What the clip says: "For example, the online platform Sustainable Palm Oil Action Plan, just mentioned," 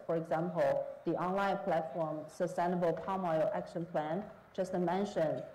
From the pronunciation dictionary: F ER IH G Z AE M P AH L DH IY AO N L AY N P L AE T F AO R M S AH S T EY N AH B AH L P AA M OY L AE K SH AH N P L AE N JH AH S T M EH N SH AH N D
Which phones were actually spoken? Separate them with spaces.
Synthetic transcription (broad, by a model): F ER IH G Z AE M P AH L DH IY AO N L AY N P L AE T F AO R M S AH S T EY N AH B AH L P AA M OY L AE K SH AH N P L AE N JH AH S T M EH N SH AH N